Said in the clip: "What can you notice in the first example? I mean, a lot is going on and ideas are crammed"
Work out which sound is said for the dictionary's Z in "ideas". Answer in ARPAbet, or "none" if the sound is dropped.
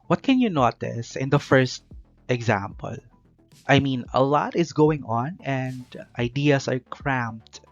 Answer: S